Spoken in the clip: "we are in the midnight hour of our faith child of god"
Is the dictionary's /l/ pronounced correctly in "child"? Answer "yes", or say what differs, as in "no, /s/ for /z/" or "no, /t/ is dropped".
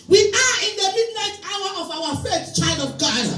yes